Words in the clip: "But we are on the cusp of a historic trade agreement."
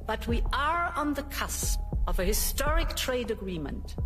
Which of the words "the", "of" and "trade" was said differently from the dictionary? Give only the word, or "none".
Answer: none